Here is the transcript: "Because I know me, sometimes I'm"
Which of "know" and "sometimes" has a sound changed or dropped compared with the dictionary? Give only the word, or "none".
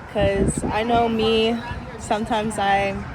none